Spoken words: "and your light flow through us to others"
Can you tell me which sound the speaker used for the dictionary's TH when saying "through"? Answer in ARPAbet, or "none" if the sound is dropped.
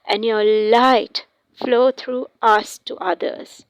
T